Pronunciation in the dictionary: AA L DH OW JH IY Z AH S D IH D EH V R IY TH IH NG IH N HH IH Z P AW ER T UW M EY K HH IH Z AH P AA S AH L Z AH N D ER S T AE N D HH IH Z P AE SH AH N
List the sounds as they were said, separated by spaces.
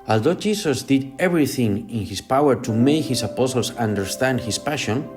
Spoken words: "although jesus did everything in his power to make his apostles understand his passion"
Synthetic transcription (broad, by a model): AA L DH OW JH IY S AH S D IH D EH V R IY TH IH NG IH N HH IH S P AW ER T UW M EY K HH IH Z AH P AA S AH L S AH N D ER S T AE N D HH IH S P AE SH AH N